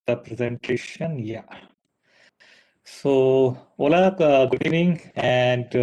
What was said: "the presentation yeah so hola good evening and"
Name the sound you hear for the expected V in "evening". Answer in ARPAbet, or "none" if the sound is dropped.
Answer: none